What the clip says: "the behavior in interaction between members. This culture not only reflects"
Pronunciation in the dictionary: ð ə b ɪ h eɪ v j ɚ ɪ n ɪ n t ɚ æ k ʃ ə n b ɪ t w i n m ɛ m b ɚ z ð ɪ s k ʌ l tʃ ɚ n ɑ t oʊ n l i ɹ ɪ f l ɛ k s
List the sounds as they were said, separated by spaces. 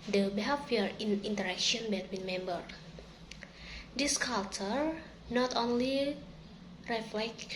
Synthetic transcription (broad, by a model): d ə b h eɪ f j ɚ ɪ n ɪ n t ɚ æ k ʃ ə n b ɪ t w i n m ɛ m b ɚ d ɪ s k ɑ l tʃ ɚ n ɑ t oʊ n l i ɹ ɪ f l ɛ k